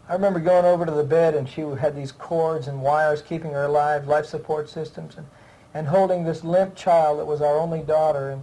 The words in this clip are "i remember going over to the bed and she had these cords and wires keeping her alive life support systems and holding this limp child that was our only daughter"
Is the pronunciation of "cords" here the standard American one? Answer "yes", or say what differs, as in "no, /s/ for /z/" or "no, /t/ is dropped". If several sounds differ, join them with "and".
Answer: yes